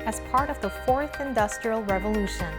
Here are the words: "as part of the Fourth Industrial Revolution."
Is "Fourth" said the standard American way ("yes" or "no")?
yes